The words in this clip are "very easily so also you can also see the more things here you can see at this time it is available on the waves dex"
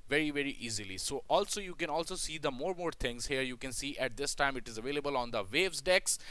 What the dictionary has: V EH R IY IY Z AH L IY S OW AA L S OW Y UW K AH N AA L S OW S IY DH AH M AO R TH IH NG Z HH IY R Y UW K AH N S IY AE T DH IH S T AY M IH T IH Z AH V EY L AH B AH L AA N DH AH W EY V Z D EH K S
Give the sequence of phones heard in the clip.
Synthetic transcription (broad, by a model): V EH R IY IY Z AH L IY S OW AA L S OW Y UW K AH N AA L S OW S IY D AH M AO R T IH NG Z HH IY R Y UW K AH N S IY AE T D IH S T AY M IH T IH Z AH V EY L AH B AH L AA N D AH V EY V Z D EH K S